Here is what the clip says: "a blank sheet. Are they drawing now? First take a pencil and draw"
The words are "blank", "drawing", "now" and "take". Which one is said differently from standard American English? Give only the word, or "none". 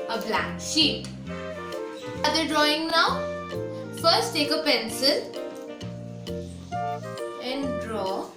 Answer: blank